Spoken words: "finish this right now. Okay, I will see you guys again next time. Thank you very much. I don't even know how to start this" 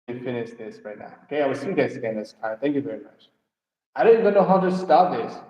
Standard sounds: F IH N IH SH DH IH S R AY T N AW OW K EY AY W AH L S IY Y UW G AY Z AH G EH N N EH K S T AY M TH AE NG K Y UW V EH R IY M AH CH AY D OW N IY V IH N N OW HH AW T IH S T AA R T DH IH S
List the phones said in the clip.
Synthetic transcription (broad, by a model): F IH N IH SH DH IH S R AY T N AW OW K EY AY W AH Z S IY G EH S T S AH G EH N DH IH S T AY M TH AE NG K Y UW V EH R IY M AH CH AY D OW N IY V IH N N OW HH AW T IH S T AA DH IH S